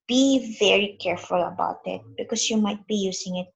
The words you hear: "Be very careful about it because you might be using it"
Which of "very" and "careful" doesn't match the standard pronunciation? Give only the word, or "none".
none